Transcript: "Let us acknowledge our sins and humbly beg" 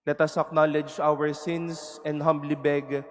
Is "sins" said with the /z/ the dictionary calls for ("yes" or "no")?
no